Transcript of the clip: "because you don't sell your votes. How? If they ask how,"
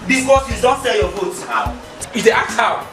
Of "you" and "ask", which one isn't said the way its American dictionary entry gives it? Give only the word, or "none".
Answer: ask